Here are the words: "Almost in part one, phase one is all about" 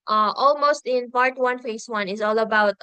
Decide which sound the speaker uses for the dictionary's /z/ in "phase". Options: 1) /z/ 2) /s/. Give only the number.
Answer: 2